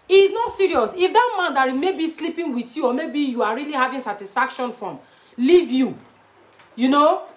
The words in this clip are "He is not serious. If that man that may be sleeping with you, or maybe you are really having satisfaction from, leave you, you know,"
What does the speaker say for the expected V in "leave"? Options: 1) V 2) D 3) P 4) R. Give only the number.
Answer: 1